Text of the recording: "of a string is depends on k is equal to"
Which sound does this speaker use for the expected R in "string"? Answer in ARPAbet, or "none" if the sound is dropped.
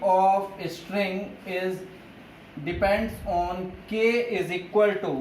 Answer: R